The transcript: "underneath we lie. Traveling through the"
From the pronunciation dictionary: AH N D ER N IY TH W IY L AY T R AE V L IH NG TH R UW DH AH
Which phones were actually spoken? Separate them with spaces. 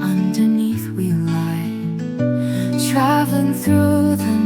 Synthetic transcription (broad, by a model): AH N D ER N IY TH W IY L AY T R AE V L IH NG TH R UW DH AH